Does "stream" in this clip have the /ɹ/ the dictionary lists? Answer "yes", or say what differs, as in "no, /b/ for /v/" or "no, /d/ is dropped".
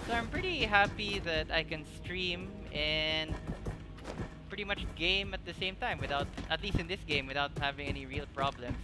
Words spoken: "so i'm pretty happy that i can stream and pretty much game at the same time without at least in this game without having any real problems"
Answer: yes